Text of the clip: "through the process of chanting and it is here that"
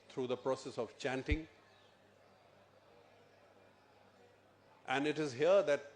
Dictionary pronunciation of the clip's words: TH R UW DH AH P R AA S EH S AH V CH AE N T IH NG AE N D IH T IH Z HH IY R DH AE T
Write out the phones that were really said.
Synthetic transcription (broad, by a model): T R UW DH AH P R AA S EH S AH V CH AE N T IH NG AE N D IH T IH Z HH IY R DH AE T